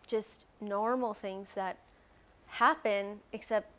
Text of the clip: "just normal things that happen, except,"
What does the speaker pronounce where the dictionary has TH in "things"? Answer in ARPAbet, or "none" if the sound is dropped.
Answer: TH